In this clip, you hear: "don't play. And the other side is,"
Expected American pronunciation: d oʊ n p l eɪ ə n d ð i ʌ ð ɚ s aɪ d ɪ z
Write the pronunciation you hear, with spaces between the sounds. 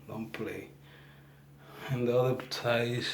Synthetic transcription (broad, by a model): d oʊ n p l eɪ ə n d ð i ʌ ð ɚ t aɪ ɪ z